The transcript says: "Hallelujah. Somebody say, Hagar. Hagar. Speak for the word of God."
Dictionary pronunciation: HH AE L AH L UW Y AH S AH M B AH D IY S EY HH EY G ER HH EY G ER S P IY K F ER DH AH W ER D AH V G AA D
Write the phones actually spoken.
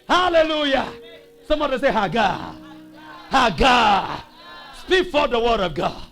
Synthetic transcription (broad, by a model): HH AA L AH L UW Y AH S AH M AH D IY S EY HH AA G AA HH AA G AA S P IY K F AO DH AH W ER D AH V G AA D